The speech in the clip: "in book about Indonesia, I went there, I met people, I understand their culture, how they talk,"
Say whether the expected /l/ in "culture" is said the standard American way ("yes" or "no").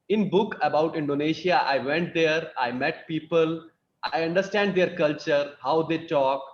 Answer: yes